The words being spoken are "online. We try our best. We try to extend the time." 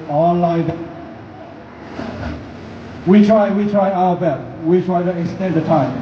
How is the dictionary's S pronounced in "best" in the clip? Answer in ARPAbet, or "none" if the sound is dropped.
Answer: none